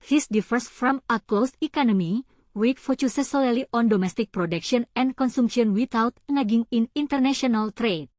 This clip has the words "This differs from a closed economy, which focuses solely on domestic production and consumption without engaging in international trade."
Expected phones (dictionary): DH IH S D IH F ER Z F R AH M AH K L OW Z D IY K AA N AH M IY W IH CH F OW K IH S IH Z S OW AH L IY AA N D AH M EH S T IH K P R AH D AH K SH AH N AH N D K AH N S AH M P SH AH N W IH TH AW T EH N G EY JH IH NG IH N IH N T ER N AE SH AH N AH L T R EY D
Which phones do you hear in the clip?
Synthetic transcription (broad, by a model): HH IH S D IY F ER S F R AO M AH K L OW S IY K AA N AH M IY W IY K F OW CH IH S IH S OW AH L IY AA N D AH M EH S T IH K P R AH D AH K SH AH N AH N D K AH N S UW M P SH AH N W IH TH AW T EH G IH NG IH N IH N T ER N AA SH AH N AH L T R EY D